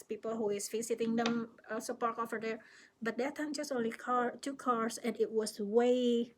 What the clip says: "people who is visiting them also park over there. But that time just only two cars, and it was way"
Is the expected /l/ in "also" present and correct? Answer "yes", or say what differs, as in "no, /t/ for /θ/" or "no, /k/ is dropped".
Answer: no, /l/ is dropped